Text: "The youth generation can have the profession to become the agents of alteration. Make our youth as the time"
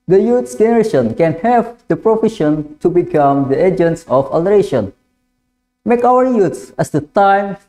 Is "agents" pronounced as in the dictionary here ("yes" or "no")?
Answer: yes